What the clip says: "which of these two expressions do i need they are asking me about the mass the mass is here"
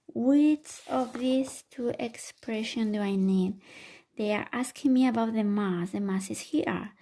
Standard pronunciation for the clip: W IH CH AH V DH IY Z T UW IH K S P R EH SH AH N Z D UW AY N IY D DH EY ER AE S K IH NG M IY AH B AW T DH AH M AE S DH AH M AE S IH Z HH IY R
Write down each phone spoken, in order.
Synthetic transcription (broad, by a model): W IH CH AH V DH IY S T UW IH K S P R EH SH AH N D UW AY N IY D DH EY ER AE S K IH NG M IY AH B AW T DH AH M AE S DH AH M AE S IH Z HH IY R